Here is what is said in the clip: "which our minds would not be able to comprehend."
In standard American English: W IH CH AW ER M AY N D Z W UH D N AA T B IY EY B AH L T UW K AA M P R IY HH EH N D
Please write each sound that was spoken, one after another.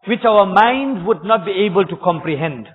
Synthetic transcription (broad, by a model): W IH CH AW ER M AY N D W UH D N AA T B IY EY B AH L T UW K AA M P R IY HH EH N D